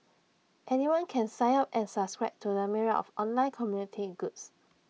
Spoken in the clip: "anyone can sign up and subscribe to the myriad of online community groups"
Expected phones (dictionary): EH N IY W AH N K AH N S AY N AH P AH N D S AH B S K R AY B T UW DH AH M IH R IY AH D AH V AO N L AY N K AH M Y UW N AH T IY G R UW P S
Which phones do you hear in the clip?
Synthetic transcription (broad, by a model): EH N IY W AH N K AH N S AY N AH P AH N S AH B S K R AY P T UW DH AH M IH R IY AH AH F AO N L AY N K AH M Y UW N AH T IY G UW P S